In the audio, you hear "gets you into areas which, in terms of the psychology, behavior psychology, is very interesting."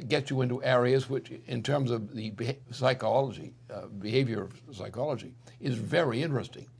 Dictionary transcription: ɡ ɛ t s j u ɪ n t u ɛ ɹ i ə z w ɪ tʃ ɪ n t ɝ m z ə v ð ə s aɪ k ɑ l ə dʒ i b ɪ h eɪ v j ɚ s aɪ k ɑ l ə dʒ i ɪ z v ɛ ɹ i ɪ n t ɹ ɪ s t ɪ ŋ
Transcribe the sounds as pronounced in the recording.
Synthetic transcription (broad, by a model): ɡ ɛ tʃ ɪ ɪ n t u ɛ ɹ i ə z w ɪ tʃ ɪ n t ɝ m z ə v ð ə s aɪ k ɑ l ə dʒ i b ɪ h eɪ v j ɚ s aɪ k ɑ l ə dʒ i ɪ z v ɛ ɹ i ɪ n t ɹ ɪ s t ɪ ŋ